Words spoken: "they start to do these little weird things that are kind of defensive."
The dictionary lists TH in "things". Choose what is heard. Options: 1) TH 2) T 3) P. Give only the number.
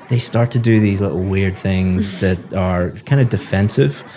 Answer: 1